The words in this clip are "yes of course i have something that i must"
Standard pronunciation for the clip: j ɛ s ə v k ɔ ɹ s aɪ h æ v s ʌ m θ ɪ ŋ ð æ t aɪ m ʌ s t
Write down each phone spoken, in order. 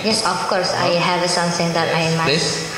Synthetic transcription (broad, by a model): j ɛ s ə f k ɔ ɹ s aɪ h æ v s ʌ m s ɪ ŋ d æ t aɪ m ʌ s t